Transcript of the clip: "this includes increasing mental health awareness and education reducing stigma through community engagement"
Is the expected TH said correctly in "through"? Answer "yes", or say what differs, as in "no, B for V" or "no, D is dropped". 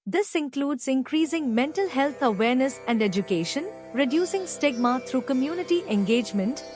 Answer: no, T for TH